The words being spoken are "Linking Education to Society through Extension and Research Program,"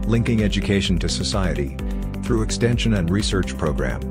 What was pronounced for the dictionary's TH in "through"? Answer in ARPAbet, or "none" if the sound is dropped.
TH